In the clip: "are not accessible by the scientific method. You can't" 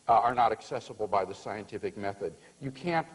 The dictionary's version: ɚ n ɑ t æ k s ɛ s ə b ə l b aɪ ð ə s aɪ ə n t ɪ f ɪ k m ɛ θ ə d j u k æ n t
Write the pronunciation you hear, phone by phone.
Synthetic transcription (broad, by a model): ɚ n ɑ t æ k s ɛ s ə b l b aɪ ð ə s aɪ ə n t ɪ f ɪ k m ɛ θ ə d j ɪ k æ n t